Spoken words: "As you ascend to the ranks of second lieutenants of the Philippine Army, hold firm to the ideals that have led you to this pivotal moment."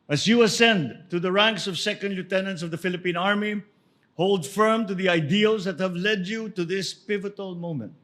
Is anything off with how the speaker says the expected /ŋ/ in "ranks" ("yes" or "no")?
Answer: no